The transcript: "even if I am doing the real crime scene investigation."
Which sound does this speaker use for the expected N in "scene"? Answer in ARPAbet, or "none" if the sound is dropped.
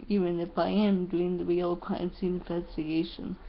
none